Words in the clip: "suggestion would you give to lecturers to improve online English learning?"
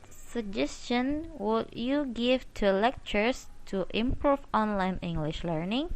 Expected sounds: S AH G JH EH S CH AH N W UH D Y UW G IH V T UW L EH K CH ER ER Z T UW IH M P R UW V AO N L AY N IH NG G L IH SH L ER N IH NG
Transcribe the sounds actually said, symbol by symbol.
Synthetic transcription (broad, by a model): S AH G JH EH S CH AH N W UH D Y UW G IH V T UW L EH K CH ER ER S T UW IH M P R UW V AO N L AY N IH NG G L IH SH L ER N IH NG